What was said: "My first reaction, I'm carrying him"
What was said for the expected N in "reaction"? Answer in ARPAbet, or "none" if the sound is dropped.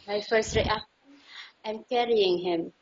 none